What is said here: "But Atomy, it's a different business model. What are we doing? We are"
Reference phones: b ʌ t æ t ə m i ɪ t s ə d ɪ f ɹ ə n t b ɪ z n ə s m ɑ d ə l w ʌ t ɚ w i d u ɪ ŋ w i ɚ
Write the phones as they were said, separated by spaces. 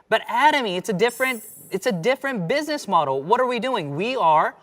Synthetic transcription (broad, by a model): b ʌ t æ t ə m i ɪ t s ə d ɪ f ɹ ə n t b ɪ z n ə s m ɑ d l w ʌ t ɚ w i d u ɪ ŋ w i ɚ